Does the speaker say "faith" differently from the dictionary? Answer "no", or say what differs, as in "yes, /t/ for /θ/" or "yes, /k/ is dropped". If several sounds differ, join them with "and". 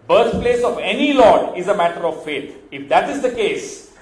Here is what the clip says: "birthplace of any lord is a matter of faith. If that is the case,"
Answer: yes, /t/ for /θ/